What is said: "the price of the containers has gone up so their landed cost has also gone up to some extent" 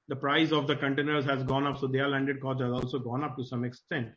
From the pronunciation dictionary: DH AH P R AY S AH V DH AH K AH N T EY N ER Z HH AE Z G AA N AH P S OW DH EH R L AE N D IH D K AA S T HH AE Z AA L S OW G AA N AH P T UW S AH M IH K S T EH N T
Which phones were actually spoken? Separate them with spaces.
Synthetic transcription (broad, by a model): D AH P R AY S AH V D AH K AH N T EY N ER Z HH AE Z G AA N AH P S OW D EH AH L AE N D IH D K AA T HH AE Z AA L S OW G AA N AH P T UW S AH M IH K S T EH N T